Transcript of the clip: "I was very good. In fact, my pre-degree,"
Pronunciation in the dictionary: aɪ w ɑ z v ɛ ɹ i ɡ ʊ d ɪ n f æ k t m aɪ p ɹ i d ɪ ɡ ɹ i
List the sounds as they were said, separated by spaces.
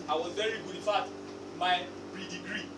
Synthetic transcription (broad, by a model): aɪ w ɑ z v ɛ ɹ i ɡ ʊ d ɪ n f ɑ t m aɪ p ɹ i d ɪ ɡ ɹ i